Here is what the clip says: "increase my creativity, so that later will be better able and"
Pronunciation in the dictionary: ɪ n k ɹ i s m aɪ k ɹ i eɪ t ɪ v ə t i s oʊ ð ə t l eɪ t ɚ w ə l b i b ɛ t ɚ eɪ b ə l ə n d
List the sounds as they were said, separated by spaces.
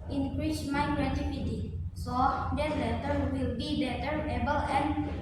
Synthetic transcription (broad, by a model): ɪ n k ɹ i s m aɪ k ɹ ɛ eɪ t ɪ p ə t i s oʊ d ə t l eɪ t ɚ w ə l b i b ɛ t ɚ eɪ b ə l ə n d